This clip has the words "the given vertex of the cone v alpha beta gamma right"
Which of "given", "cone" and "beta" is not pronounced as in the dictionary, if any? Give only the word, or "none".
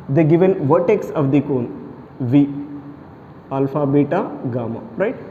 none